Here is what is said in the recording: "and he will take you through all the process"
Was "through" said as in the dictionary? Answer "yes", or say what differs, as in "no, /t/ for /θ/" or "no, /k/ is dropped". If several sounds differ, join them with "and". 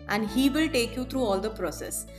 no, /t/ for /θ/